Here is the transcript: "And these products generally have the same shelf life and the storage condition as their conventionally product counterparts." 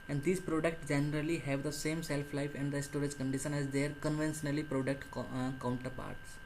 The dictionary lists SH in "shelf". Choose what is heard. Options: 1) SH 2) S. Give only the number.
2